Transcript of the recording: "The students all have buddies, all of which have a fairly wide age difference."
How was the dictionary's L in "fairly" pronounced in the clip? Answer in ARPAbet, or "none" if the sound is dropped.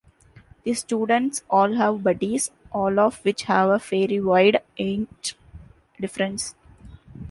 none